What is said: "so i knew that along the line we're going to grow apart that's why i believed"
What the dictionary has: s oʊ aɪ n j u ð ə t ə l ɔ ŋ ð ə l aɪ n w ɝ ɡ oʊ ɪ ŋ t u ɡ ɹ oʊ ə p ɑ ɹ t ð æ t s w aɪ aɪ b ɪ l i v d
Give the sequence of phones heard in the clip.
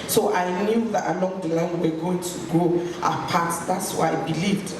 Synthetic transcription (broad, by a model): s oʊ aɪ n j u ð ə t ə l ɔ ŋ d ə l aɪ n w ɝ ɡ oʊ ɪ ŋ t u ɡ oʊ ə p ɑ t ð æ t s w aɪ aɪ b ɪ l i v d